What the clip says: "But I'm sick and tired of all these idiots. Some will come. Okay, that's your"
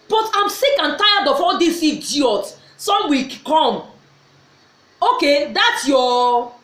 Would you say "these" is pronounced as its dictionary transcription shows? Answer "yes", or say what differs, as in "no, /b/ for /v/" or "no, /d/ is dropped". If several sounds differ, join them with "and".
no, /s/ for /z/